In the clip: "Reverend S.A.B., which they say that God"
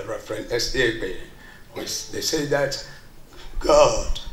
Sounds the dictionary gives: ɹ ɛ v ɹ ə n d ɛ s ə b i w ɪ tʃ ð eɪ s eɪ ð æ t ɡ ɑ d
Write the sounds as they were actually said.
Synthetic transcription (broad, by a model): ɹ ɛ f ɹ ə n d ɛ s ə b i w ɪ s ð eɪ s eɪ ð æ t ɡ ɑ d